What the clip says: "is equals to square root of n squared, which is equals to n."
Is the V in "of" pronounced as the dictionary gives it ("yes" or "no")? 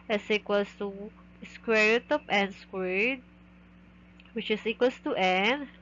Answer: no